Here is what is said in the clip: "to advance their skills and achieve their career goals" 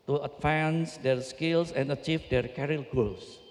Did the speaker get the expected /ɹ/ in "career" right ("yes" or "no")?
no